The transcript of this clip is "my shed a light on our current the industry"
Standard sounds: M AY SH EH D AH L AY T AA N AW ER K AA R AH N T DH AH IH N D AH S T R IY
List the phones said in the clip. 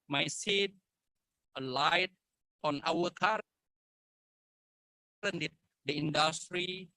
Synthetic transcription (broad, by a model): M AY S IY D AH L AY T AA N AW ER K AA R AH N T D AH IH N D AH S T R IY